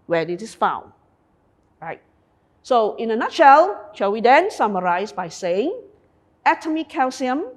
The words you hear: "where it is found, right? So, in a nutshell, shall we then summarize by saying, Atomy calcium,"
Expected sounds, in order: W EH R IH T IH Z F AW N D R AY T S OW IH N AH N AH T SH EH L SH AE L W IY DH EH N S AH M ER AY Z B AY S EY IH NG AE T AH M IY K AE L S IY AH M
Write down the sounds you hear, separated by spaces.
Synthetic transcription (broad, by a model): W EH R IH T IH S F AW N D R AY T S OW IH N AH N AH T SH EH L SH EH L W IY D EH N S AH M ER AY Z B AY S EY IH NG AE T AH M IY K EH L S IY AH M